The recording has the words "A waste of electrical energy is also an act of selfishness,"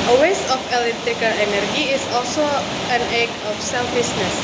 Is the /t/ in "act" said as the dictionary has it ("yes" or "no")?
no